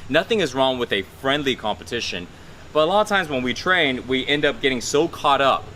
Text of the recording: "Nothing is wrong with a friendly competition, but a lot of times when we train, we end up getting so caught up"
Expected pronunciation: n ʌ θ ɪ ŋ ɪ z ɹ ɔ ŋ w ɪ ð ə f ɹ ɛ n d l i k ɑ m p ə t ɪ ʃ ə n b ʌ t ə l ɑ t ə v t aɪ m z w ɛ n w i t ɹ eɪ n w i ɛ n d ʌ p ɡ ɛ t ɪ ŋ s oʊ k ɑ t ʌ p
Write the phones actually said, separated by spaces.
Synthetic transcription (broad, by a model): n ʌ θ ɪ ŋ ɪ z ɹ ɔ ŋ w ɪ ð ə f ɹ ɛ n d l i k ɑ m p ə t ɪ ʃ ə n b ʌ t ə l ɑ t ə v t aɪ m z w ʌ n w i t ɹ eɪ n w i ɛ n d ʌ p ɡ ɛ t ɪ ŋ s oʊ k ɑ t ʌ p